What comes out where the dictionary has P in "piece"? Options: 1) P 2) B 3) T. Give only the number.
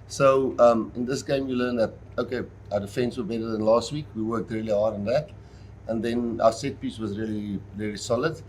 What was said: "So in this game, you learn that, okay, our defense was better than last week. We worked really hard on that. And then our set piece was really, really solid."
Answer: 1